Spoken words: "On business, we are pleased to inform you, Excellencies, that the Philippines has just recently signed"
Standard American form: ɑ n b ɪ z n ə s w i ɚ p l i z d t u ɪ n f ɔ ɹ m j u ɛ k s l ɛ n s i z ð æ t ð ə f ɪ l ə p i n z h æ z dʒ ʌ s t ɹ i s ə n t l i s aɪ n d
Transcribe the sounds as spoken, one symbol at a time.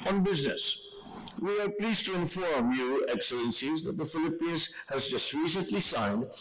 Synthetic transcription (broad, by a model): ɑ n b ɪ z n ə s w i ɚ p l i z t u ɪ n f ɔ ɹ m j u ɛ k s l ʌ n s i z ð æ t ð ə f ɪ l ə p i n z h æ z dʒ ʌ s t ɹ i s ə n t l i s aɪ n d